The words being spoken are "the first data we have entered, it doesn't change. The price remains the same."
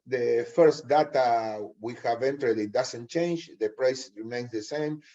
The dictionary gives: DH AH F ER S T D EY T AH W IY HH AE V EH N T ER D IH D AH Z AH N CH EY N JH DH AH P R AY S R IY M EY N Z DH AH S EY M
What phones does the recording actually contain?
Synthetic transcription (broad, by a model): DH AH F ER S T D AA T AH W IY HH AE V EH N T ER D IH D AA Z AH N CH EY N JH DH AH P R AY S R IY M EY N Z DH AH S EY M